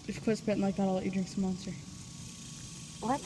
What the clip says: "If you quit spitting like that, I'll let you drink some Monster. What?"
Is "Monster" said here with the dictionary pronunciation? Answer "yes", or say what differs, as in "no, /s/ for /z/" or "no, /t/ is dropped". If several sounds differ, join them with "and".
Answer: yes